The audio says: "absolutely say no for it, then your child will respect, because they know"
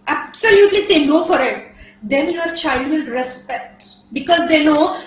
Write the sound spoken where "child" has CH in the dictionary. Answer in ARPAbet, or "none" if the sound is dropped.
CH